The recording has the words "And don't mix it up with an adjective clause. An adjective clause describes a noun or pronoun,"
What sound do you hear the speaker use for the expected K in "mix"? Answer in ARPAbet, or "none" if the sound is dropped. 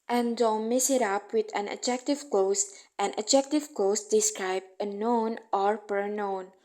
none